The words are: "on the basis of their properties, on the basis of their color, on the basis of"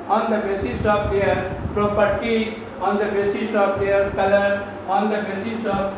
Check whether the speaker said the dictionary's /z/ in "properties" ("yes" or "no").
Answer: no